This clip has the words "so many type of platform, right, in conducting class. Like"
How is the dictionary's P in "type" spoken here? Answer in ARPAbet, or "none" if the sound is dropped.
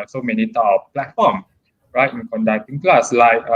none